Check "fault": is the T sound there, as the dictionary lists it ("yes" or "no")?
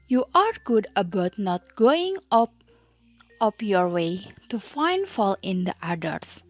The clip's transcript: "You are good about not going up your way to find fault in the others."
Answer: no